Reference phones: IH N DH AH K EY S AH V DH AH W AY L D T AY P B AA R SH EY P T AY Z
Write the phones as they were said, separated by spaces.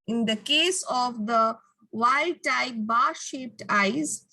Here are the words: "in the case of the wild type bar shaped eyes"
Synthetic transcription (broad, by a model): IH N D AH K EY S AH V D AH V AY D T AY P B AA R SH EY P T AY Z